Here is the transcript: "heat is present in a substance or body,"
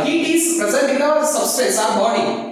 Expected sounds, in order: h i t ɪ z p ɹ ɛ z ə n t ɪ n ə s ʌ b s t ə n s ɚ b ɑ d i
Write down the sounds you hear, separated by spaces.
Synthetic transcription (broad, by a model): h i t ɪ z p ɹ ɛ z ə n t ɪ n ə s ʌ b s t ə s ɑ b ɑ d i